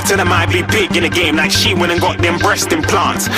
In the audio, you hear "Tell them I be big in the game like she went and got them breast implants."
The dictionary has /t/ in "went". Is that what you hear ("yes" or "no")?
no